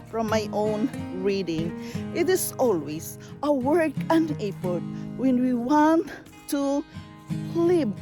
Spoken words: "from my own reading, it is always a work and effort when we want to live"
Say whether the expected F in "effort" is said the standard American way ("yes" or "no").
no